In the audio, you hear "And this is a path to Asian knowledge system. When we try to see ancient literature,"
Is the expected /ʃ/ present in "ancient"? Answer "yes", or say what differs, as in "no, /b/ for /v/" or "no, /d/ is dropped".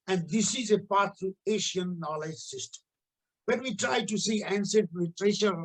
no, /s/ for /ʃ/